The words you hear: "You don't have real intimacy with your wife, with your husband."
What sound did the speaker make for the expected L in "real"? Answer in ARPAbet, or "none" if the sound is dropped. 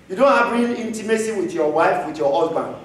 N